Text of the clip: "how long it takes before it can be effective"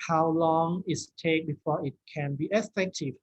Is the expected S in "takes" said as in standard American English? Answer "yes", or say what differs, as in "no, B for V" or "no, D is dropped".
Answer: no, S is dropped